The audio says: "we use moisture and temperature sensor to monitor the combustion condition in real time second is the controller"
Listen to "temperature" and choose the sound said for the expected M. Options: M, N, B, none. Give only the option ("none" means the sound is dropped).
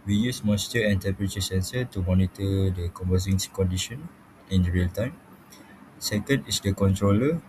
none